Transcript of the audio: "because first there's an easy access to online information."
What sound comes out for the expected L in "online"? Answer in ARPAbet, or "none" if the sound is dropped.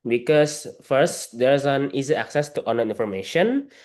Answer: none